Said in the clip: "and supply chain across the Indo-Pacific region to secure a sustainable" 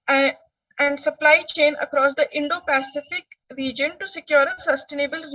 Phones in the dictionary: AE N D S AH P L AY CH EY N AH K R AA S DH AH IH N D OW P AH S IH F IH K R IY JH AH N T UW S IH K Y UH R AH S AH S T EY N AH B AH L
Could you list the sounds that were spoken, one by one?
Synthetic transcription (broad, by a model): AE N D S AH P L AY CH EY N AH K R AA S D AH IH N D OW P AH S IH F IH K R IY JH AH N T UW S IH K Y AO R AH S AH S T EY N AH B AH L